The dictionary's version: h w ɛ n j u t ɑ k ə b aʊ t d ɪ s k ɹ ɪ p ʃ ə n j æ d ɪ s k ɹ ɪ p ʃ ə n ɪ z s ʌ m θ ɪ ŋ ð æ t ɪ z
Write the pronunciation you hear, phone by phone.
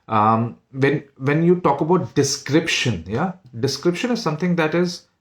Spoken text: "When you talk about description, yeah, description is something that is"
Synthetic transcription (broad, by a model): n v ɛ n j u t ɑ k ə b aʊ t d ɪ s k ɹ ɪ p ʃ ə n j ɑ d ɪ s k ɹ ɪ p ʃ ə n ɪ z s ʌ m t ɪ ŋ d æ t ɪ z